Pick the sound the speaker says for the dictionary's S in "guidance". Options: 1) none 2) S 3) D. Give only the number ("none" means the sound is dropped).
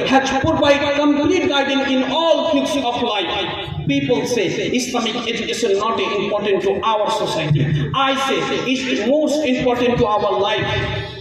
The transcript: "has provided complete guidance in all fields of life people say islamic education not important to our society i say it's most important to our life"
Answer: 1